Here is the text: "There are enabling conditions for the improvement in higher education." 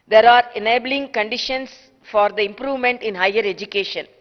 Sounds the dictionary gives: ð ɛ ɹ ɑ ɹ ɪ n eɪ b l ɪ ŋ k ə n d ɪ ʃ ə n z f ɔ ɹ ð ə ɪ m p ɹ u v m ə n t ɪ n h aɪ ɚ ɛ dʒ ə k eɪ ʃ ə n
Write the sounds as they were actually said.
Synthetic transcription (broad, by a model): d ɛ ɹ ɑ ɹ ɪ n eɪ b l ɪ ŋ k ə n d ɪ ʃ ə n s f ɔ ɹ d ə ɪ m p ɹ u v m ə n t ɪ n h aɪ ɚ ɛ dʒ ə k eɪ ʃ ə n